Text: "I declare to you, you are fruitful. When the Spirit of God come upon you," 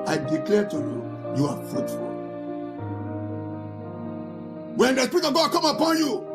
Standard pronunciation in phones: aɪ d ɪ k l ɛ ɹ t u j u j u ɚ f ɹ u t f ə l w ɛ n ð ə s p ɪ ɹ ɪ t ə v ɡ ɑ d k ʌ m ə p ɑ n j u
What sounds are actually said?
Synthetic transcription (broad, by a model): aɪ d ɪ k l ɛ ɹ t u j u j u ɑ f ɹ u t f ə l w ɛ n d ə s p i ɹ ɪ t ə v ɡ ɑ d k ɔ m ə p ɑ n j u